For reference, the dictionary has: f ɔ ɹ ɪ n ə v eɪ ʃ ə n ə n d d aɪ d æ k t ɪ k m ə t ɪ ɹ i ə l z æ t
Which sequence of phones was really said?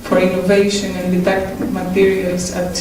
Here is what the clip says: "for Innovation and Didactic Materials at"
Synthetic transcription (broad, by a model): f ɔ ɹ ɪ n ə v eɪ ʃ ə n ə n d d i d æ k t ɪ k m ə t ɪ ɹ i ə l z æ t